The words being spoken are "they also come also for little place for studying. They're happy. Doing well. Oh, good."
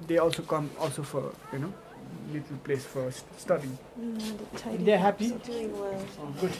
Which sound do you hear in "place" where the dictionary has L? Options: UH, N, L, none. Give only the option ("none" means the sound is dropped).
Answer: L